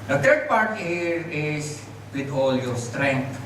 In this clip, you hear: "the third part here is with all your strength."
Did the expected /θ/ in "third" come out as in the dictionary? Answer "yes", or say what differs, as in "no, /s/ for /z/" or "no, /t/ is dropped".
no, /t/ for /θ/